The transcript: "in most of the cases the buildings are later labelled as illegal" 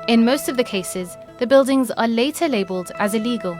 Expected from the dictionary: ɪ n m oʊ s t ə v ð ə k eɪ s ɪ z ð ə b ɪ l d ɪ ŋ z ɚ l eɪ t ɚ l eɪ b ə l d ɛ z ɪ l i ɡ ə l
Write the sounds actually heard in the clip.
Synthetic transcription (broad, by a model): ɪ n m oʊ s t ə v ð ə k eɪ s ɪ z ð ə b ɪ l d ɪ ŋ z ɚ l eɪ t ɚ l eɪ b ə l d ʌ z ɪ l i ɡ ə l